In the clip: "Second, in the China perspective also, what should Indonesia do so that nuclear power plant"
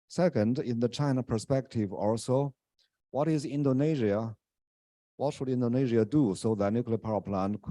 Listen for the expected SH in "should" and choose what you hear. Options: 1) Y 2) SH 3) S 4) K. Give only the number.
2